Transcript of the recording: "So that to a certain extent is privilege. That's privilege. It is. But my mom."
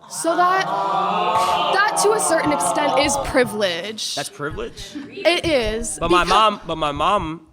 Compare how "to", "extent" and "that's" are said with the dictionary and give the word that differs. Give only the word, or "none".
none